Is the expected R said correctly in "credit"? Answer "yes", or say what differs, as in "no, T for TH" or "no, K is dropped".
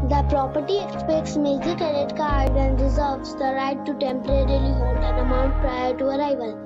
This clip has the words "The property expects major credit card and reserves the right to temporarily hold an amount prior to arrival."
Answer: no, R is dropped